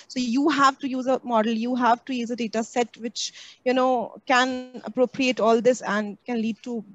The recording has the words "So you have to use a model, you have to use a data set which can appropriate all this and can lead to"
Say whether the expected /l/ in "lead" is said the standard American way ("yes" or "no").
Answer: yes